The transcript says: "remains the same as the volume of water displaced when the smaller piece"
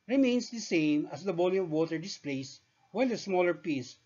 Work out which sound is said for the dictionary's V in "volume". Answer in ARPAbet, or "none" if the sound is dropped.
B